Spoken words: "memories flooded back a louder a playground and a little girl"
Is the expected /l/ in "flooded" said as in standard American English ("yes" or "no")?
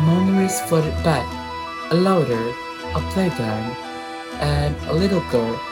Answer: no